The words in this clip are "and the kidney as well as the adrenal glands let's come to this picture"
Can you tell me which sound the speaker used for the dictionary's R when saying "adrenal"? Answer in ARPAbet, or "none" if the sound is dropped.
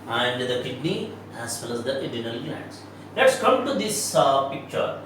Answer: none